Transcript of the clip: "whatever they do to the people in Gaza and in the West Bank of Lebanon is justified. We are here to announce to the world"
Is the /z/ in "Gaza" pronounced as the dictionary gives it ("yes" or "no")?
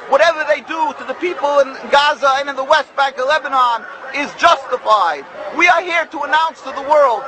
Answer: yes